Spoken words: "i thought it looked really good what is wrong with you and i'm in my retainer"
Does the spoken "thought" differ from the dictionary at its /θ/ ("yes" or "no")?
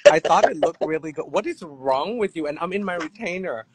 no